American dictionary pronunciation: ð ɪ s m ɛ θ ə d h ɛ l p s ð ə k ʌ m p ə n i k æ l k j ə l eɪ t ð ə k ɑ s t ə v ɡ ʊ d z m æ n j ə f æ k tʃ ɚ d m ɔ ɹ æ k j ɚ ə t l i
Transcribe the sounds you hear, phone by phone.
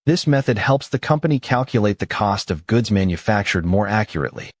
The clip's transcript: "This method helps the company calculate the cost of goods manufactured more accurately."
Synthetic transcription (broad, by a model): ð ɪ s m ɛ θ ə d h ɛ l p s ð ə k ʌ m p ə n i k æ l k j ə l eɪ t ð ə k ɑ s t ə v ɡ ʊ d z m æ n j ə f æ k tʃ ɚ d m ɔ ɹ æ k j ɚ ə t l i